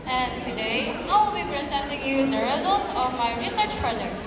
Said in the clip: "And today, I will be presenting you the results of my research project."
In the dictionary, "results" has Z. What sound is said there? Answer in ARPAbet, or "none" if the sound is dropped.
Z